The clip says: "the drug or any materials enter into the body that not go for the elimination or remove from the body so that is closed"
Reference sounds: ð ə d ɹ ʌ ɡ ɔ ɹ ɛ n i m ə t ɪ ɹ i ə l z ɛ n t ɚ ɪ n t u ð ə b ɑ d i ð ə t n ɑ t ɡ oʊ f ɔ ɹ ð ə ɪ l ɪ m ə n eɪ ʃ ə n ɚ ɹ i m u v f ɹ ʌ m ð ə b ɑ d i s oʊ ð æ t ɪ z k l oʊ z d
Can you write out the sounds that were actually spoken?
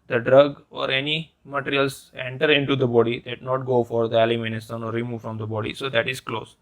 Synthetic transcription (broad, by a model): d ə d ɹ ʌ ɡ ɔ ɹ ɛ n i m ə t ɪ ɹ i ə l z ɛ n t ɚ ɪ n t u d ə b ɑ d i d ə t n ɑ t ɡ oʊ f ɔ ɹ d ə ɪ l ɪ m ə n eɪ s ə n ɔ ɹ i m u v f ɹ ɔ m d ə b ɑ d i s oʊ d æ t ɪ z k l oʊ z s